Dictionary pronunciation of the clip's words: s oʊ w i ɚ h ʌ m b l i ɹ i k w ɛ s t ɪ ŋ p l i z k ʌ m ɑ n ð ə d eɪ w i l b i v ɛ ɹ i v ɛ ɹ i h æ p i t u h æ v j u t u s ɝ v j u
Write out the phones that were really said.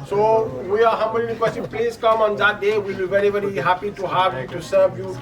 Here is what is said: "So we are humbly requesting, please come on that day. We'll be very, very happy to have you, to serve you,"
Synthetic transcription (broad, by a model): s oʊ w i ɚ h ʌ m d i l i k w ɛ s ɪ p l i z k ʌ m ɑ n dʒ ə d eɪ w i l b i v ɛ ɹ i v ɛ ɹ i h æ p i t u h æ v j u t u s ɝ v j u